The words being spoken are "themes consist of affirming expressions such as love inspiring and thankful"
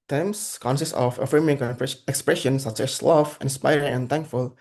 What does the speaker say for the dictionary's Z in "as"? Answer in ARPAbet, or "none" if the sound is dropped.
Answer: S